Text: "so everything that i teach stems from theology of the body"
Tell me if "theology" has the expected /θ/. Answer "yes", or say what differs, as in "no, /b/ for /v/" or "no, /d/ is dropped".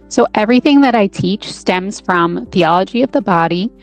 yes